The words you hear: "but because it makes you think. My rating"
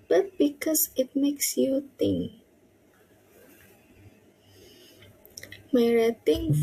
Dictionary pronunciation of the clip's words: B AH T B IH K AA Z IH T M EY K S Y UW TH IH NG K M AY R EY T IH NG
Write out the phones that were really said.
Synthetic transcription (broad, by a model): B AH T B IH K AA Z IH T M EY K S Y UW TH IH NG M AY R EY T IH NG